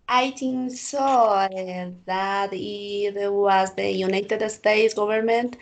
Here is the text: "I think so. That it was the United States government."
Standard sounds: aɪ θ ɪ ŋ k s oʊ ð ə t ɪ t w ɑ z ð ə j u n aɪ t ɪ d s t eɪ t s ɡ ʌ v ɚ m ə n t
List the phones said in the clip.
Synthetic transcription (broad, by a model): aɪ t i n s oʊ ð ə t ɪ t w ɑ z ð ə j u n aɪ t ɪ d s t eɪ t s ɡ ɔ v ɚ m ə n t